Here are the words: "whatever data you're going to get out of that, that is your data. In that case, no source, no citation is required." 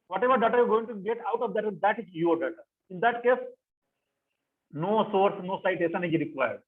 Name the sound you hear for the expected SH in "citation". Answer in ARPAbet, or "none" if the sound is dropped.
S